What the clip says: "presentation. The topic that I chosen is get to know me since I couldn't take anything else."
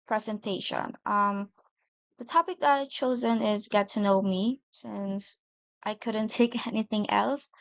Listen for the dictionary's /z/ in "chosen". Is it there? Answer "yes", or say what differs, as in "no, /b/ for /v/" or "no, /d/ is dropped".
yes